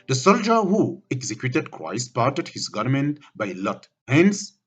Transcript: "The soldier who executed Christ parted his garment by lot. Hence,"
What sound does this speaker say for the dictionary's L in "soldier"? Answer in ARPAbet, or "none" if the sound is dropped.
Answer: L